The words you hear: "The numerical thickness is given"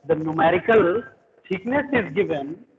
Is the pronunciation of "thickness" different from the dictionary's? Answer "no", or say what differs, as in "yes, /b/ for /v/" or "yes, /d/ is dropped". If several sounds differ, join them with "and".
yes, /t/ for /θ/